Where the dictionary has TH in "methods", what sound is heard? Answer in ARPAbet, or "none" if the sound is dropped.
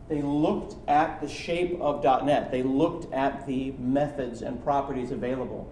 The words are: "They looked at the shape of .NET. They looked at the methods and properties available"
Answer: TH